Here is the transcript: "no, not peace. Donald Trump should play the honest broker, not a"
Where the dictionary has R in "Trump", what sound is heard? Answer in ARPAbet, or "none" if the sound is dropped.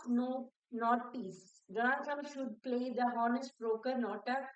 none